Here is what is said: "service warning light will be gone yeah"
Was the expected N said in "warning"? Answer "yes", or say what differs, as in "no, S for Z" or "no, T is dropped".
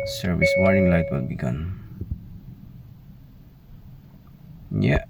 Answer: no, N is dropped